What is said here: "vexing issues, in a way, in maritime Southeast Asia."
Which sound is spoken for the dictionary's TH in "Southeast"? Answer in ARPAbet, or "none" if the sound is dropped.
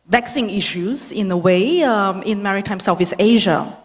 F